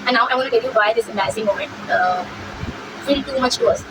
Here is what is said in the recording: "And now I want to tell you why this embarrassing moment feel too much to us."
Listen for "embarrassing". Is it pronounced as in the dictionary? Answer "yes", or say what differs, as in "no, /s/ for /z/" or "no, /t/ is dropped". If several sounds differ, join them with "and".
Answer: no, /b/ is dropped and /ɹ/ is dropped